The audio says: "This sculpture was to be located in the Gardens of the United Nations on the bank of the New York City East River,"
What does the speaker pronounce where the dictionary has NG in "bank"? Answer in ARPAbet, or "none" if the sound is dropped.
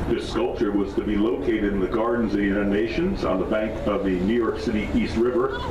NG